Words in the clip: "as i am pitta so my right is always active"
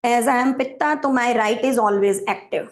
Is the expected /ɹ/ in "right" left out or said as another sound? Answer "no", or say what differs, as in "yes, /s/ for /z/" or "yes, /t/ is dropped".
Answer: no